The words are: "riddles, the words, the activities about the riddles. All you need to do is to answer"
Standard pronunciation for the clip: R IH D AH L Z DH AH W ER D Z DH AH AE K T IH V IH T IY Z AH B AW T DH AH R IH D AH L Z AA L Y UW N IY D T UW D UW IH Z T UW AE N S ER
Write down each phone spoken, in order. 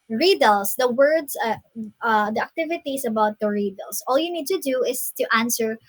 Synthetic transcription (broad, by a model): R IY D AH L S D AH W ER D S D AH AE K T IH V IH T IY S AH B AW T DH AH R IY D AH L S AA L Y UW N IY D T UW D UW IH S T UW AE N S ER